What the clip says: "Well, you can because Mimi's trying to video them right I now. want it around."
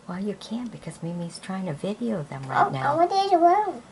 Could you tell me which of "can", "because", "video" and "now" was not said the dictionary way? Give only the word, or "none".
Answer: none